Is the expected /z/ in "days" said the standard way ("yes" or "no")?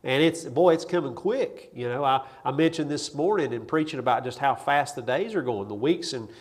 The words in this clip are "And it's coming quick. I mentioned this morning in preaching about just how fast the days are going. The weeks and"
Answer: yes